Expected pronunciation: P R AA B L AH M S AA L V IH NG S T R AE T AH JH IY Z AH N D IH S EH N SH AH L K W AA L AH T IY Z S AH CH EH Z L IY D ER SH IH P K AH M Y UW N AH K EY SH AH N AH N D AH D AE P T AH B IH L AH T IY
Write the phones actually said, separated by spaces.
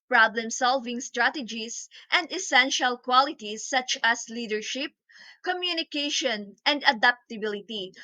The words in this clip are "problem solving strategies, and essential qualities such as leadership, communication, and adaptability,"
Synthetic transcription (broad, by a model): P R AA B L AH M S AA L V IH NG S T R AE T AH JH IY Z AH N D IH S EH N SH AH L K W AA L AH T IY S AH CH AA S L IY D ER SH IH P K AH M Y UW N AH K EY SH AH N AH N D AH D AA P T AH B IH L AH T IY